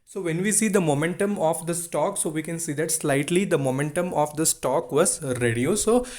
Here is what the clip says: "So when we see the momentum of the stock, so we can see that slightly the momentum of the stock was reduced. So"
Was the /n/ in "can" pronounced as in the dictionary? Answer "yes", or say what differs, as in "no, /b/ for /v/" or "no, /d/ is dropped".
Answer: yes